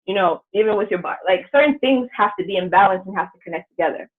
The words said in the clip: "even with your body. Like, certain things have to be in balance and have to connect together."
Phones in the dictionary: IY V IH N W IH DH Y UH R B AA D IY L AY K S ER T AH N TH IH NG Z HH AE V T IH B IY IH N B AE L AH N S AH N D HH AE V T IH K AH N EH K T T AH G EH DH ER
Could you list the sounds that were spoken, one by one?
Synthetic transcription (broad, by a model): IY V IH N W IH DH Y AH R B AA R L AY K S ER T N TH IH NG Z HH AE F T IH B IY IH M B AE L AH N S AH N HH AE F T IH K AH N EH K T T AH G EH DH ER